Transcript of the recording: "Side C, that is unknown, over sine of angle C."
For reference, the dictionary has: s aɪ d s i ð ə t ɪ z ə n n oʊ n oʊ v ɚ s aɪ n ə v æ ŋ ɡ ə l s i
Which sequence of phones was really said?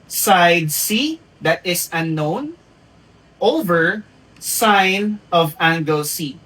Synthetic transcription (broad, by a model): s aɪ d s i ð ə t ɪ s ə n n oʊ n oʊ v ɚ s aɪ n ə v æ ŋ ɡ ə l s i